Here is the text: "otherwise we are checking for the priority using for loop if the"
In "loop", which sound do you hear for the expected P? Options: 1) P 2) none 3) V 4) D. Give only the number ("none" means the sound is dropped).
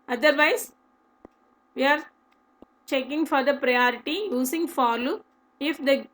2